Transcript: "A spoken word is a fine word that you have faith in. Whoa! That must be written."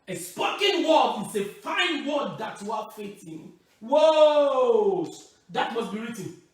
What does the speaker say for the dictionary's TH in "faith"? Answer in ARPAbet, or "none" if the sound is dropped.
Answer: T